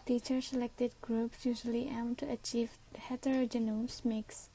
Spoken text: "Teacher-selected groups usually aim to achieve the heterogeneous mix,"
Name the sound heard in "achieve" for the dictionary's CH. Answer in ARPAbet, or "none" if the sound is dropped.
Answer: CH